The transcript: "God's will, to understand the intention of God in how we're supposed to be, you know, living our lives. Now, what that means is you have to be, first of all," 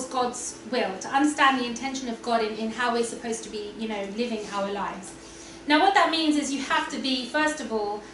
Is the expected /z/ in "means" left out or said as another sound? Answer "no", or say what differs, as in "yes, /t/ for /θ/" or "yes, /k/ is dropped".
no